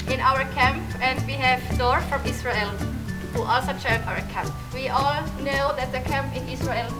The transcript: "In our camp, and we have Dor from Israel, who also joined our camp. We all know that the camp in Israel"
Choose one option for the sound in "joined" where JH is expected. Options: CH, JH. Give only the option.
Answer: CH